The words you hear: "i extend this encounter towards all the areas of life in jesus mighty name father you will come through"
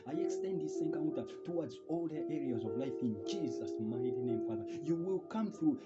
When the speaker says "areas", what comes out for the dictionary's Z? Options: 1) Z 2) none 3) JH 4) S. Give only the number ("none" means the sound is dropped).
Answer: 1